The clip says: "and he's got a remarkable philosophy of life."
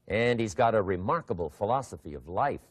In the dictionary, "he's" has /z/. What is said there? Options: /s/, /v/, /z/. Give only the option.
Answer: /z/